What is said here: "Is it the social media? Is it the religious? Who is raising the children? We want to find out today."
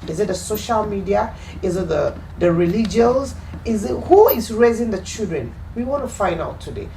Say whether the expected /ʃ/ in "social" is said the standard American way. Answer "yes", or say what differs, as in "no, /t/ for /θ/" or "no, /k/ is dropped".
yes